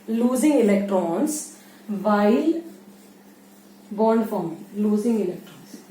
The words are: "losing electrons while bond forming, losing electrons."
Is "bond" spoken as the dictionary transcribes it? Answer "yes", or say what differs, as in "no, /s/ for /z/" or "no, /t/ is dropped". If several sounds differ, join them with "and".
yes